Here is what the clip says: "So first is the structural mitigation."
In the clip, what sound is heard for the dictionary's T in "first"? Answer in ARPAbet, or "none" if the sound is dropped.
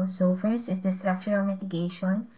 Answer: none